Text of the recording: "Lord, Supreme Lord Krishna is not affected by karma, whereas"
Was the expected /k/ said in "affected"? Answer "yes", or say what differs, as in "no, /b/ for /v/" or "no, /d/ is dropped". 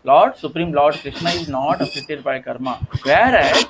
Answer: no, /k/ is dropped